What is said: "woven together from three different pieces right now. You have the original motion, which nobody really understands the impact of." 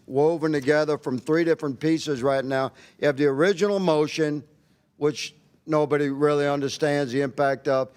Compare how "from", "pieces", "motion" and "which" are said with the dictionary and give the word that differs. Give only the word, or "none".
none